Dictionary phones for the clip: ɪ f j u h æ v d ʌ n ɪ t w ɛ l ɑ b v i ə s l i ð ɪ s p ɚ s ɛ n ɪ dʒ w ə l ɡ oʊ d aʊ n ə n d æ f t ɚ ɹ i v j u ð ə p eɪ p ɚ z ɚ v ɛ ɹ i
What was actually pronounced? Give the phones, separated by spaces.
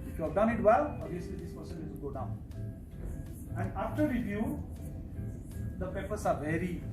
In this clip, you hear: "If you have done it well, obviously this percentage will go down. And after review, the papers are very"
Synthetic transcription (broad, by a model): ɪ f j u h æ v d ʌ n ɪ t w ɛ l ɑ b i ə s l i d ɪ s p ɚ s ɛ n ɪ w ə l ɡ oʊ d aʊ n ə n d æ f t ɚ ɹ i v j u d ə p eɪ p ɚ s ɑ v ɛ ɹ i